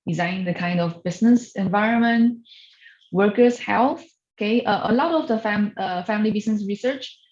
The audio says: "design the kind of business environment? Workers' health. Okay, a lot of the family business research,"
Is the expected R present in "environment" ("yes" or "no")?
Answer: yes